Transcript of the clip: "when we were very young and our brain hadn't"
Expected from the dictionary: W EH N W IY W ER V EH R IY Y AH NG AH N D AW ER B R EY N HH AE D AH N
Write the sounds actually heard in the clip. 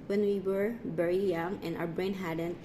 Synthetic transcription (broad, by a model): W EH N W IY W ER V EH R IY Y AH NG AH N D AW ER B R EY N HH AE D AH N